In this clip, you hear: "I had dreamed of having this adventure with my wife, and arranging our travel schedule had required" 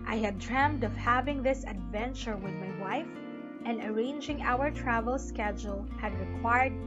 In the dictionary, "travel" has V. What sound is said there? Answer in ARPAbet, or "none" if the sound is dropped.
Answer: V